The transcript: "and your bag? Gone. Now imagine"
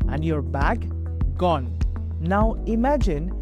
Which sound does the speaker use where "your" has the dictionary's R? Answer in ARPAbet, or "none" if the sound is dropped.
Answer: R